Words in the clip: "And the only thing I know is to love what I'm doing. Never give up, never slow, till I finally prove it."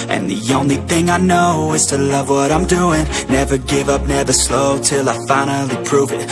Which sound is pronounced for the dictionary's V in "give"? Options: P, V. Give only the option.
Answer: V